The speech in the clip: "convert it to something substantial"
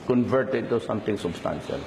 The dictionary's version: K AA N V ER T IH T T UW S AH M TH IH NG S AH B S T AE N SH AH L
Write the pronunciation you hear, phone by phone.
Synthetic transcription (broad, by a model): K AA N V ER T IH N T UW S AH M T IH NG S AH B S T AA N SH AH L